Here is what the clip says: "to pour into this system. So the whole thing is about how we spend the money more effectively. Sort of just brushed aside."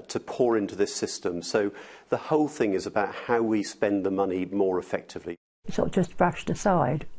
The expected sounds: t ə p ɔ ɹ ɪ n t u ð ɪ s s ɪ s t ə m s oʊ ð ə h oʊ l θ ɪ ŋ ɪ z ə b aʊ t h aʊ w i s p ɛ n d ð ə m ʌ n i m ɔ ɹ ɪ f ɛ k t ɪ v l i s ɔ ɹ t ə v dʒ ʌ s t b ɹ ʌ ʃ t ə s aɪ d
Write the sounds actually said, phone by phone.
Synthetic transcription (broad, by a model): t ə p ɔ ɹ ɪ n t u ð ɪ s s ɪ s t ə m s oʊ ð ə h oʊ l θ ɪ ŋ ɪ z ə b aʊ t h aʊ w i s p ɛ n ð ə m ʌ n i m ɔ ɹ ɪ f ɛ k t ɪ v l i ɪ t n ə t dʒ ʌ s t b ɹ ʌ ʃ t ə s aɪ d